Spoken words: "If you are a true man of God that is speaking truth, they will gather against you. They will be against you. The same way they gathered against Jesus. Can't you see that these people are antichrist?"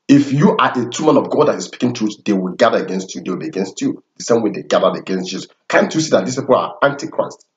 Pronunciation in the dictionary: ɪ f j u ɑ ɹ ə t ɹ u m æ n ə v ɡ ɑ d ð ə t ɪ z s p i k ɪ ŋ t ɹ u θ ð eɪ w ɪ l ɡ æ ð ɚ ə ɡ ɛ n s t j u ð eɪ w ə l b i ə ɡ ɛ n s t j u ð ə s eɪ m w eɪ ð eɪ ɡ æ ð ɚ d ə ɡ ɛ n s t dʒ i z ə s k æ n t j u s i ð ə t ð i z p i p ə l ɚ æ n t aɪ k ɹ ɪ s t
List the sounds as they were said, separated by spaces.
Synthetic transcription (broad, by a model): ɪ f j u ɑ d ə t u m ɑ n ə v ɡ ɑ d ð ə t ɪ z s p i k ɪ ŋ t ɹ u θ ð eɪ w ɪ l ɡ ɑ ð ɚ ə ɡ ɛ n s t j u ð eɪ w ə l b i ə ɡ ɛ n s t j u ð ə s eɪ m w eɪ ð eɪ ɡ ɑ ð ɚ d ə ɡ ɛ n s t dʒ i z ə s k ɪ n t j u s i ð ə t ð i s p i p ə l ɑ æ n t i k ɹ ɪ s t